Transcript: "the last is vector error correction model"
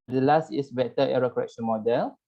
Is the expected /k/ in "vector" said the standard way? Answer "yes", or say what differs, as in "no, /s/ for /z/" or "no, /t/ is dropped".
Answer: no, /k/ is dropped